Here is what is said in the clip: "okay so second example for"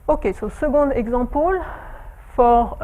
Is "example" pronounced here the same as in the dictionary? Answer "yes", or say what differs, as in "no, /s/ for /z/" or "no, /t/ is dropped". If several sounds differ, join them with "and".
no, /m/ is dropped